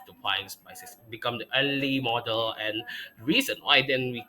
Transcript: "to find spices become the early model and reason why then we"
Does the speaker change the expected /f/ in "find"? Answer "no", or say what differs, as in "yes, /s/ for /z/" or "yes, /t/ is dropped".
yes, /p/ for /f/